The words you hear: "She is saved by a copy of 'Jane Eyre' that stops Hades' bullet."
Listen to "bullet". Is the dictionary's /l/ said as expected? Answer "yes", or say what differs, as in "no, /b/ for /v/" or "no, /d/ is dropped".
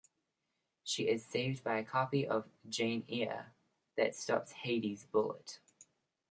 yes